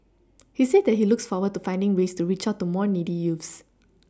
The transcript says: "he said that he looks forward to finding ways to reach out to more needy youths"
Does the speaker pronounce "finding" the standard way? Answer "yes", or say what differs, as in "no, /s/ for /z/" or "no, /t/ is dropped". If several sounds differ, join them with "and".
yes